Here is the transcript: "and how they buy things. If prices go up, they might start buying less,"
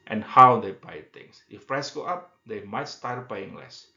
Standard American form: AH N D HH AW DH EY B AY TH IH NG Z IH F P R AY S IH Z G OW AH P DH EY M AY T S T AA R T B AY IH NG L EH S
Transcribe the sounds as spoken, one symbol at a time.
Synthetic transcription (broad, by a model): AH N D HH AW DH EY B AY T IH NG S IH F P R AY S G OW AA P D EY M AY T S T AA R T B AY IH NG L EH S